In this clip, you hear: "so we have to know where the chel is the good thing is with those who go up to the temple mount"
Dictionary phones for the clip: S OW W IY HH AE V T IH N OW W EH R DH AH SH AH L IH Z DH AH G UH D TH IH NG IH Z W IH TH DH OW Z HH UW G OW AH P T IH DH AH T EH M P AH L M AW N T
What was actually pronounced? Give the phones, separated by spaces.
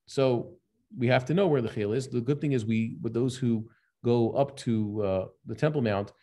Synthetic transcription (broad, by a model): S OW W IY HH AE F T IH N OW W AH R DH AH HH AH L IH Z DH AH G UH D TH IH NG IH Z W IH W DH OW Z HH UW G OW AH P T IH DH AH T EH M P L M AW N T